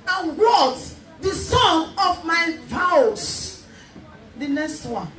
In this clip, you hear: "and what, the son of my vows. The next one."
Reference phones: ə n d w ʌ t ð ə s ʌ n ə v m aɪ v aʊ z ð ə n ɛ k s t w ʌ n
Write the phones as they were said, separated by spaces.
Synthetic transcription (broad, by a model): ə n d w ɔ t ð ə s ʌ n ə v m aɪ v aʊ s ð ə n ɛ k s t w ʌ n